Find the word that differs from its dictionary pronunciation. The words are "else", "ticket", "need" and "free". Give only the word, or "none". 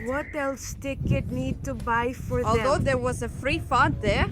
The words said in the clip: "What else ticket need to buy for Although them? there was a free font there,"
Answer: none